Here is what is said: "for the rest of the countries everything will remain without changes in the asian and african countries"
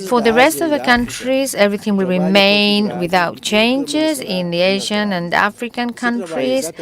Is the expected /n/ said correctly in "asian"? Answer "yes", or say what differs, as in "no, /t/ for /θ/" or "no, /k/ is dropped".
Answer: yes